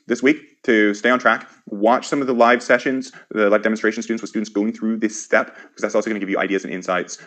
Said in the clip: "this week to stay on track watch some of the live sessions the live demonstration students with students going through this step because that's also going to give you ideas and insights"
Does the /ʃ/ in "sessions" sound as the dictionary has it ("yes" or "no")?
yes